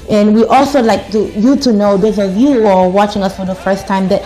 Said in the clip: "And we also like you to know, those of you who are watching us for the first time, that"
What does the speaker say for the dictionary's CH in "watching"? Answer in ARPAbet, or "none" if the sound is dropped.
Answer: CH